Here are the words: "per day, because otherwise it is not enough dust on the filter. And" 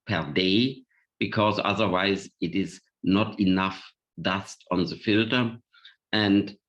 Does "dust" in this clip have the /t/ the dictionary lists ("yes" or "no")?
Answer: yes